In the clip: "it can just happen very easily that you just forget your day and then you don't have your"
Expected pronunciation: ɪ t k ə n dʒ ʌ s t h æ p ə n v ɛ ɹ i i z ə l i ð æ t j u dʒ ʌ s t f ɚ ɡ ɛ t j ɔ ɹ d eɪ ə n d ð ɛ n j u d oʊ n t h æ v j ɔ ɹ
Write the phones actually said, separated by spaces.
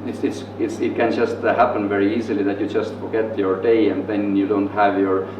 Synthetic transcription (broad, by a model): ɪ t k ə n dʒ ʌ s t h æ p ə n v ɛ ɹ i i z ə l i ð æ t j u dʒ ʌ s t f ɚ ɡ ɛ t j ɔ ɹ d eɪ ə n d ð ɛ n j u d oʊ n t h æ v j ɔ ɹ